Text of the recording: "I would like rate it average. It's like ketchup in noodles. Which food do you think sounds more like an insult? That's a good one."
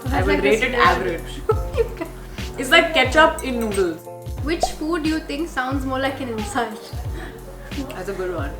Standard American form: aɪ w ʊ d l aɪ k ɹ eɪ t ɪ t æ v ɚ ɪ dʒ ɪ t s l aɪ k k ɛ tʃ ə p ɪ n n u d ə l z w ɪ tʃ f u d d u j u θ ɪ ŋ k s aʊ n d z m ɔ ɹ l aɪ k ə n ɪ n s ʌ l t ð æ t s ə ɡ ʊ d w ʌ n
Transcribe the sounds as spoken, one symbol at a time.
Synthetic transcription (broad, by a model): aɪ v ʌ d ɹ eɪ t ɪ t æ v ɚ ɪ dʒ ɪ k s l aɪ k k ɛ tʃ ə p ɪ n n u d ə l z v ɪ tʃ f u d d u j u t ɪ ŋ k s aʊ n d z m ɔ ɹ l aɪ k ə n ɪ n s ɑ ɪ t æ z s ə ɡ ʊ d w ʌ n